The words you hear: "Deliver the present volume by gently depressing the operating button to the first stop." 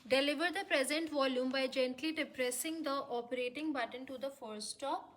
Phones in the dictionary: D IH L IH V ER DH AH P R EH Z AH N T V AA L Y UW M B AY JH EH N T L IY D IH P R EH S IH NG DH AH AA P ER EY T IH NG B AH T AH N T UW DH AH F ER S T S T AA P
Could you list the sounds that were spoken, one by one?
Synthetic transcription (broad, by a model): D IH L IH V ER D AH P R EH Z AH N T V AA L Y UW M B AY JH EH N T L IY D IH P R EH S IH NG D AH AA P ER EY T IH NG B AH T AH N T UW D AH F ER T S T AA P